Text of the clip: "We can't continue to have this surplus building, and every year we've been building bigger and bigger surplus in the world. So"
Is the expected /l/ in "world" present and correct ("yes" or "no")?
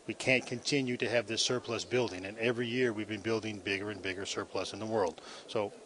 yes